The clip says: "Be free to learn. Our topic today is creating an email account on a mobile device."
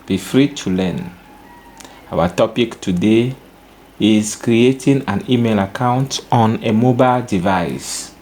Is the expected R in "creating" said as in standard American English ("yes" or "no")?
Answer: yes